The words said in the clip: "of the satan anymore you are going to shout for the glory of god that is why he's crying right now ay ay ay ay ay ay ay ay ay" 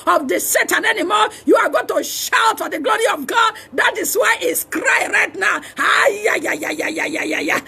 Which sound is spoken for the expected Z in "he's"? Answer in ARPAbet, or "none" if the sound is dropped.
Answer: S